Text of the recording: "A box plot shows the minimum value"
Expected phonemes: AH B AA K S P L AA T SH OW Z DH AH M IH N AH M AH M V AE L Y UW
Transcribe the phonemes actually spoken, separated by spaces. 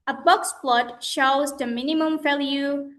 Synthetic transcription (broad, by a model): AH B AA K S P L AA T SH OW Z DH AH M IH N AH M AH M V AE L Y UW